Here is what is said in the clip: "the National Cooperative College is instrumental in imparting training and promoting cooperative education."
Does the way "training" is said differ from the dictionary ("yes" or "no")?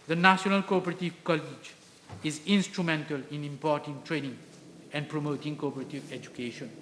no